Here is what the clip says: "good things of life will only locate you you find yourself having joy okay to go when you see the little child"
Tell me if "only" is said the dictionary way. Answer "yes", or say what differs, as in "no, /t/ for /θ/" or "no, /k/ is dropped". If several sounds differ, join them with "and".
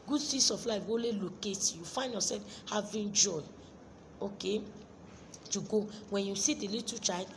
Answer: no, /n/ is dropped